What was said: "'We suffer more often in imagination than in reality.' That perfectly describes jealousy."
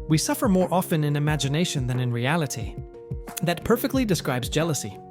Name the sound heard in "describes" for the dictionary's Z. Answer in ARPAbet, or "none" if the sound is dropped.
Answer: Z